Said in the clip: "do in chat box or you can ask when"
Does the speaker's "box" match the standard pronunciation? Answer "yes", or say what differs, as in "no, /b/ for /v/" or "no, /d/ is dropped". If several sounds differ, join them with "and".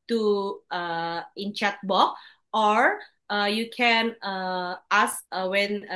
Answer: no, /s/ is dropped